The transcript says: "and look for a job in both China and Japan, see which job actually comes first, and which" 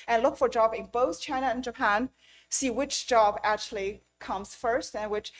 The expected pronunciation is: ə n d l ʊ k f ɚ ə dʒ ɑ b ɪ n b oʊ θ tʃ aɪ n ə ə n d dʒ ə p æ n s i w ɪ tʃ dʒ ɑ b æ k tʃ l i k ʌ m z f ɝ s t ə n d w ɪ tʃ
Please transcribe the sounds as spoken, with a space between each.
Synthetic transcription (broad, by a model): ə n l ʊ k f ɚ dʒ ɑ b ɪ n b oʊ θ tʃ aɪ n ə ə n dʒ ə p æ n s i w ɪ tʃ dʒ ɑ b æ k tʃ l i k ʌ m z f ɝ s t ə n w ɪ tʃ